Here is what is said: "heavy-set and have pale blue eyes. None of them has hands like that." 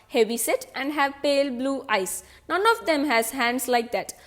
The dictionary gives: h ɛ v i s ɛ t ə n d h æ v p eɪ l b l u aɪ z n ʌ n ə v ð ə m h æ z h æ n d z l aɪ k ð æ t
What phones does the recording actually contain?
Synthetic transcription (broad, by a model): h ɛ v i s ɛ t ə n d h æ v p eɪ l b l u aɪ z n ʌ n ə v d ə m h æ z h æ n d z l aɪ k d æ t